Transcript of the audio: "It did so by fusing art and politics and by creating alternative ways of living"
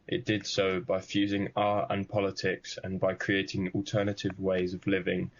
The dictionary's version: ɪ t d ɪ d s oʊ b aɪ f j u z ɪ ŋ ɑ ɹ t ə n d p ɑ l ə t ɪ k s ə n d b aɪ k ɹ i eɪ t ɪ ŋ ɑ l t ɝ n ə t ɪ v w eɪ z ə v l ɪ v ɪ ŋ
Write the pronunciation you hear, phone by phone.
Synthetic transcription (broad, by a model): ɪ t d ɪ d s oʊ b aɪ f j u z ɪ ŋ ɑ ɹ ə n p ɑ l ə t ɪ k s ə n b aɪ k ɹ i eɪ t ɪ ŋ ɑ l t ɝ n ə t ɪ v w eɪ z ə v l ɪ v ɪ ŋ